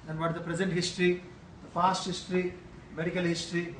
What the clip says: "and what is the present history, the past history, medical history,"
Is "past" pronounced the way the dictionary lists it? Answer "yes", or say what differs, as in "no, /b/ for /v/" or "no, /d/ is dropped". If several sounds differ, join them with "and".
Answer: no, /f/ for /p/